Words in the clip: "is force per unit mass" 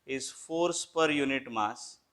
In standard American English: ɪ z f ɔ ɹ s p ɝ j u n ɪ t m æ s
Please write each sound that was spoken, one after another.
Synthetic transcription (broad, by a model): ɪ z f ɔ ɹ s p ɝ j u n ɪ t m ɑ s